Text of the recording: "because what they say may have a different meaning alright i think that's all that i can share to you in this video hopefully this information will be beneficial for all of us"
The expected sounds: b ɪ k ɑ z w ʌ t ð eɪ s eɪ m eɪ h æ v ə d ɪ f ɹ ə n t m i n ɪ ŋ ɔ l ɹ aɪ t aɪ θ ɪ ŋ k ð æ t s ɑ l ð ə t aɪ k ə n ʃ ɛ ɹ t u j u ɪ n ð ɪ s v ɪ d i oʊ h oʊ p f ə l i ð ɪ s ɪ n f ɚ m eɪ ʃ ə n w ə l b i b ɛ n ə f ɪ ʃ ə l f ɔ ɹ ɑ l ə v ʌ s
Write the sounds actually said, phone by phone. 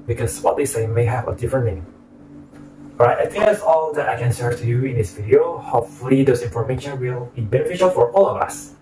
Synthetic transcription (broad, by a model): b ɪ k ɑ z w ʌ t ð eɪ s eɪ m eɪ h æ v ə d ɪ f ɹ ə n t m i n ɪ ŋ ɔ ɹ aɪ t aɪ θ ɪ ŋ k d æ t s ɑ l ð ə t aɪ k ə n s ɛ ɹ t u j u ɪ n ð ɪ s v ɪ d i oʊ h oʊ p f ə l i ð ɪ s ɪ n f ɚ m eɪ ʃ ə n w ə l b i b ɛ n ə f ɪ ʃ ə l f ɔ ɹ ɑ l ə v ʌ s